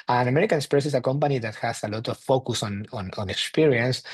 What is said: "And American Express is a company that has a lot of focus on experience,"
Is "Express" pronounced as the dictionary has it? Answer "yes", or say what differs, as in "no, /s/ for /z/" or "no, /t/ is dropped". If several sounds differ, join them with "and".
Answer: no, /ɹ/ is dropped